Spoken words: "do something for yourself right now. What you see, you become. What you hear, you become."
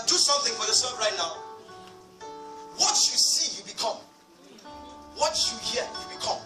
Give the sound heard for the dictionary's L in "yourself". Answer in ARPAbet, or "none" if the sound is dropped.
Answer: none